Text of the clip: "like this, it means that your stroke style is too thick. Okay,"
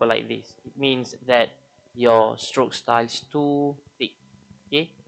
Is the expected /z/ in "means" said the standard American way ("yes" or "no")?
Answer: no